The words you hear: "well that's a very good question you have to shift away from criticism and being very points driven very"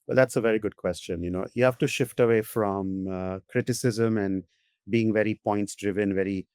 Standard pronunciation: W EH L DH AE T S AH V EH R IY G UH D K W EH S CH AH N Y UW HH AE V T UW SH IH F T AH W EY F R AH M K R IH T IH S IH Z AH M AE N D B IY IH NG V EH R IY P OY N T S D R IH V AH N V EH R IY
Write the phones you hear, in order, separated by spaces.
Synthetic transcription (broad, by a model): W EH L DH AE T S AH V EH R IY G UH D K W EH S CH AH N Y UW HH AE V T UW SH IH F T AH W EY F R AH M K R IH T IH S IH Z AH M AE N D B IY IH NG V EH R IY P OY N T S D R IH V AH N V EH R IY